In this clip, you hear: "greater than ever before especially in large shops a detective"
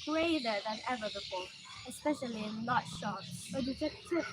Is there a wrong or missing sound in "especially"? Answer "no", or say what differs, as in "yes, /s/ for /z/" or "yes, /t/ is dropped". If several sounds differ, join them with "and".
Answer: no